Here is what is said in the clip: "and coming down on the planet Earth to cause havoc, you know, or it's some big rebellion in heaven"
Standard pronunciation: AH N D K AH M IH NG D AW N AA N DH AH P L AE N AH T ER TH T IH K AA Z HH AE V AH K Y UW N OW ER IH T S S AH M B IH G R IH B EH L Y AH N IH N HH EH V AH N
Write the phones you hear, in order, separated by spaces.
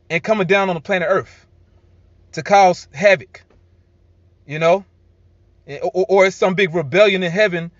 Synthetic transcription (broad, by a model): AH N K AH M IH NG D AW N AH N DH AH P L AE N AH ER TH T IH K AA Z HH AE V AH K Y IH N OW ER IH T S S AH M B IH G R IH B EH L Y AH N IH N HH EH V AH N